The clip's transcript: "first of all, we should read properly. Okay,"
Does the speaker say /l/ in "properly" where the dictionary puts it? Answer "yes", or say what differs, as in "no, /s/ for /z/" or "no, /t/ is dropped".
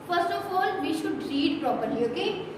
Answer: no, /l/ is dropped